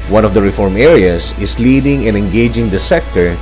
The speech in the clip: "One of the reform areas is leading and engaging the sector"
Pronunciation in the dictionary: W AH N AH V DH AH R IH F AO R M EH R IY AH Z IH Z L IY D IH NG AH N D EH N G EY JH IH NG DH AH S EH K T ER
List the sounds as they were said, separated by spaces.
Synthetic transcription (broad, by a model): W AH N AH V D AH R IH F AO R M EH R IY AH S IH S L IY D IH NG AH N EH N G EY JH IH NG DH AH S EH K T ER